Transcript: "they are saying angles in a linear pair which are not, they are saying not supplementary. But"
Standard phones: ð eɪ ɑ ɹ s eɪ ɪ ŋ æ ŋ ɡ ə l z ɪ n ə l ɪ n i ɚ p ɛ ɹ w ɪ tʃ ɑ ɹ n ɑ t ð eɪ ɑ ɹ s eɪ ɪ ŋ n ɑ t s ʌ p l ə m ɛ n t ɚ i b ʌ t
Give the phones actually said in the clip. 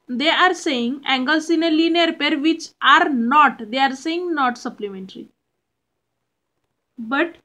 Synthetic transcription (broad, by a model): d eɪ ɑ ɹ s eɪ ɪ ŋ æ ŋ ɡ ə l s ɪ n ə l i n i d p ɛ ɹ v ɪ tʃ ɑ ɹ n ɑ t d eɪ ɑ ɹ s eɪ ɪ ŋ n ɑ t s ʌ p l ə m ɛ n t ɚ i b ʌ t